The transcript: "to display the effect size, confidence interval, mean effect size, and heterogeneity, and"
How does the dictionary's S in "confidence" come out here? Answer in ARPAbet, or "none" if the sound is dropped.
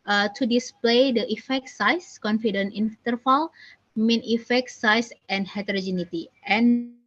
none